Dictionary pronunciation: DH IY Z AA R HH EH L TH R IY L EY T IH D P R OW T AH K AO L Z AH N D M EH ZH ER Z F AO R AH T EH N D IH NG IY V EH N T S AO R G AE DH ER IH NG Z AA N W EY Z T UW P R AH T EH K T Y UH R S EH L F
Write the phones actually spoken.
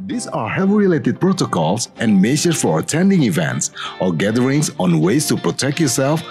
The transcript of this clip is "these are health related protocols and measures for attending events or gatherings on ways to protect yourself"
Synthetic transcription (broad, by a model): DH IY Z AA R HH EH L R IY L EY T IH D P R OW T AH K AO L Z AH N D M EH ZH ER F AO R AH T EH N D IH NG IY V EH N T S AO R G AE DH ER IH NG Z AA N W EY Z T UW P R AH T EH K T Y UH R S EH L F